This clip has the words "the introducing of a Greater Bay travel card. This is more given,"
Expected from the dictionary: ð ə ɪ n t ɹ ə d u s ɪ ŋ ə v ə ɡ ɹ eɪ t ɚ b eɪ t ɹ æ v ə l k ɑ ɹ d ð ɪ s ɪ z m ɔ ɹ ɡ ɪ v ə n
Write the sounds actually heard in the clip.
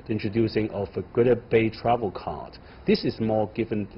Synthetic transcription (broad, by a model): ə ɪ n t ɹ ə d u s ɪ ŋ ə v ə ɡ ʊ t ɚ b eɪ t ɹ æ v ə l k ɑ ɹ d ð ɪ s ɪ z m ɔ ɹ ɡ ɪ v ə n